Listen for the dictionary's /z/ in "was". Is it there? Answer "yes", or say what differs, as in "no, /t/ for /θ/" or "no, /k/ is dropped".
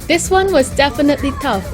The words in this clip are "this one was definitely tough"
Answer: yes